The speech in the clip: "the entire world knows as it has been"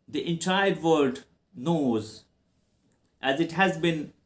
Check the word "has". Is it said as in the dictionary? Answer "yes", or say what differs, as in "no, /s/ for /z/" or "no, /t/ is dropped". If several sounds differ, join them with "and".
yes